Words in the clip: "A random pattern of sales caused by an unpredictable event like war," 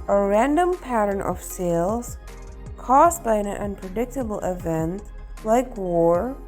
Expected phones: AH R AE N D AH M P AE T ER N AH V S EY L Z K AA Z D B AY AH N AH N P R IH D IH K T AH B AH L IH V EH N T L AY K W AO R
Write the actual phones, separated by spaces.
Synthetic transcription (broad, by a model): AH R AE N D AH M P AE T ER N AH V S EY L Z K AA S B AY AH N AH N P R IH D IH K T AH B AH L IH V EH N T L AY K W AO R